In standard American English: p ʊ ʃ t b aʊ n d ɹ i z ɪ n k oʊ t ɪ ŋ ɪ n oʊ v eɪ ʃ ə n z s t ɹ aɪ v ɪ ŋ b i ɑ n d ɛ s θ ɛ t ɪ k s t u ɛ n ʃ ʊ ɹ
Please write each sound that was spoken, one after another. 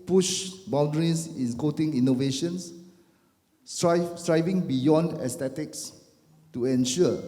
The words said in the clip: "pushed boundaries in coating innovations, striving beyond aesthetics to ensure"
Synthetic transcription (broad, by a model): p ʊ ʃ b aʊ n d ɹ i s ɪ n k oʊ t ɪ ŋ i n oʊ v eɪ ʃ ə n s s t ɹ aɪ v ɪ ŋ b i ɑ n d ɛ s t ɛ t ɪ k s t u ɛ n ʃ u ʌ